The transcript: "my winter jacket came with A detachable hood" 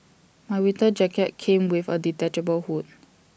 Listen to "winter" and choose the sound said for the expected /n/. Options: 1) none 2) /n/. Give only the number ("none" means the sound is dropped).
1